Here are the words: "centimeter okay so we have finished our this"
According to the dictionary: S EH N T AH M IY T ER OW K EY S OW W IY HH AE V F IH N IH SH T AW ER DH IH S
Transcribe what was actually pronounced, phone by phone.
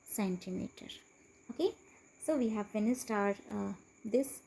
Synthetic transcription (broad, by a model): S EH N T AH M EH T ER OW K EY S OW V IY HH AE V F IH N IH S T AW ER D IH S